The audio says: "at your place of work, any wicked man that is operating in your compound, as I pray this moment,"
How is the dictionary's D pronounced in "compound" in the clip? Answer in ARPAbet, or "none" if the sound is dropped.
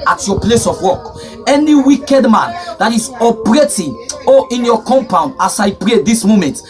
D